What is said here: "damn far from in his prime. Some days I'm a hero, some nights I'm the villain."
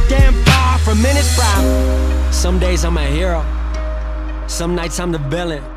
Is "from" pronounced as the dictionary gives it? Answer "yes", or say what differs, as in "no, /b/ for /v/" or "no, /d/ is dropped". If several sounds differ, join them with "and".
yes